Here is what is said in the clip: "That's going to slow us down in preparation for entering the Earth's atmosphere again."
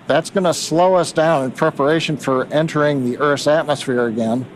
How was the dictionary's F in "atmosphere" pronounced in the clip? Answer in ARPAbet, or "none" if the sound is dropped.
F